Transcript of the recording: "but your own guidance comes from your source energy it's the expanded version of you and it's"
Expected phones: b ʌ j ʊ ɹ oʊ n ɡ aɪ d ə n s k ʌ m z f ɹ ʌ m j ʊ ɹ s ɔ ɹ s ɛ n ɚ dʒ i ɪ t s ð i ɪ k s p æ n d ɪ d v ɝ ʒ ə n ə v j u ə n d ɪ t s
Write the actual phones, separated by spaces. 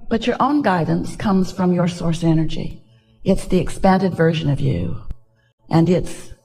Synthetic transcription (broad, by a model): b ʌ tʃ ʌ ɹ oʊ n ɡ aɪ d n s k ʌ m z f ɹ ʌ m j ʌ ɹ s ɔ ɹ s ɛ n ɚ dʒ i ɪ t s ð i ɪ k s p æ n d ɪ d v ɝ ʒ ə n ə v j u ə n ɪ t s